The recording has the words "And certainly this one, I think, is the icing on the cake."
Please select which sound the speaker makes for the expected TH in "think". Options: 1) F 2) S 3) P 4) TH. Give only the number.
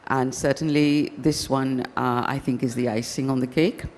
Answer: 4